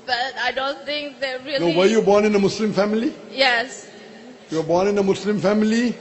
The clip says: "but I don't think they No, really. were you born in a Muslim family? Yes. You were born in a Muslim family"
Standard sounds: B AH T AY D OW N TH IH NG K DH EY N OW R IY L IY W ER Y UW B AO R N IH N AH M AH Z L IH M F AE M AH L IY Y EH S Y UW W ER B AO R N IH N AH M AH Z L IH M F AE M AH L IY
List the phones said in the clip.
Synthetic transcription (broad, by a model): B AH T AY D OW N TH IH NG K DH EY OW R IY N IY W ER Y UW B AO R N IH N AH M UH S L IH M F AE M AH L IY Y EH S Y UW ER B AO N IH N AH M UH S L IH M F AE M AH L IY